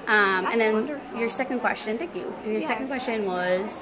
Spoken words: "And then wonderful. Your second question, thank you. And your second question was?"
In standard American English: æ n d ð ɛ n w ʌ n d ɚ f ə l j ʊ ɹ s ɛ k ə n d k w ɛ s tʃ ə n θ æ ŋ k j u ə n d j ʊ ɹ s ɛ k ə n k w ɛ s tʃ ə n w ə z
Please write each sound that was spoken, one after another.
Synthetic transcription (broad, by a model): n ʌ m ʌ n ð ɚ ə n j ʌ ɹ s ɛ k ə n d k w ɛ s tʃ ə n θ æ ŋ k j u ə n j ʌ ɹ s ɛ k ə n k w ɛ s tʃ ə n w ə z